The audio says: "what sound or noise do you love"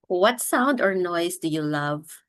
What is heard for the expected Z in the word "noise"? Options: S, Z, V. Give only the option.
S